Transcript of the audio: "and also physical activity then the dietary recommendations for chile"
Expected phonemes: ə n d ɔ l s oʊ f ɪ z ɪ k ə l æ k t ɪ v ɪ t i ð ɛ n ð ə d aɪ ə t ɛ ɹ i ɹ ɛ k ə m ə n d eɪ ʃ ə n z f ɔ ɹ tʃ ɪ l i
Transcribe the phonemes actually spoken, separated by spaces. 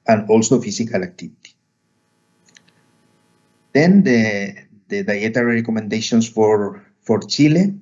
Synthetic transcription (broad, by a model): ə n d ɔ l s oʊ f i s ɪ k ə l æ k t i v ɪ t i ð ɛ n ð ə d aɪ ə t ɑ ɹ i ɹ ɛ k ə m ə n d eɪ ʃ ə n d f ɔ ɹ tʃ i l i